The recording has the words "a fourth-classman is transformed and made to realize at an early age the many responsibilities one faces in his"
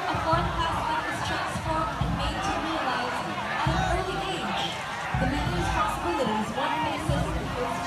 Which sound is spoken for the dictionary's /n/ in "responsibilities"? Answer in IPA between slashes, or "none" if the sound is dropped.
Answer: none